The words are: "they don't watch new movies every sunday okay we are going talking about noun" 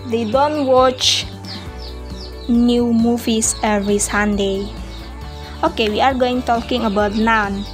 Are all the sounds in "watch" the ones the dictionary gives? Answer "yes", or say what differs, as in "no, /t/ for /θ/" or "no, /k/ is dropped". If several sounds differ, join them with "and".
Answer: yes